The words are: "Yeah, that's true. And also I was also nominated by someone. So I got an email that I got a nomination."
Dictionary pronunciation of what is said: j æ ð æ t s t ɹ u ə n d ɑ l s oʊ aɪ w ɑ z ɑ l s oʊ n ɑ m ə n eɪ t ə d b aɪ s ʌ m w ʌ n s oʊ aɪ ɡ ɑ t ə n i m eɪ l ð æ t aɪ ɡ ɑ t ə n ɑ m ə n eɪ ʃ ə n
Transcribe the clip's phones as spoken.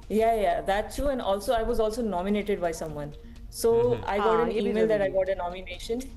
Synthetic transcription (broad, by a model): j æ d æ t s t u ə n d ɑ l s oʊ aɪ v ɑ z ɑ l s oʊ n ɑ m ə n eɪ t ə d b aɪ s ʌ m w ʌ n s oʊ aɪ ɡ ɑ t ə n i m eɪ l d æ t aɪ ɡ ɑ t ə n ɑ m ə n eɪ ʃ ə n